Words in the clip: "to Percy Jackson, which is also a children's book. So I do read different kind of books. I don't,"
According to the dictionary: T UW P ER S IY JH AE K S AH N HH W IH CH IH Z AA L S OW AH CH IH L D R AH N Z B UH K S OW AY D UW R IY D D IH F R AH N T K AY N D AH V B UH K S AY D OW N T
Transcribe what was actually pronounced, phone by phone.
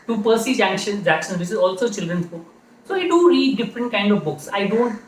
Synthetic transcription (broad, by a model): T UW P ER S IY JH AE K SH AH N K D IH S IH Z AA L S OW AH CH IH L D R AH N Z B UH K S OW AY D UW R IY D D IH F R AH N T K AY N D AH V B UH K S AY D OW N T